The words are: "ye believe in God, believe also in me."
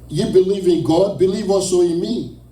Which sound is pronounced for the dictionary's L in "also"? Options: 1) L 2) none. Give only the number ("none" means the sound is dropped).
2